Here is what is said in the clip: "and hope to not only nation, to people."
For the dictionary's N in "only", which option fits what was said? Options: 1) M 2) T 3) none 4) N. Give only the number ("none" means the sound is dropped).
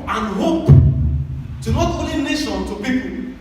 3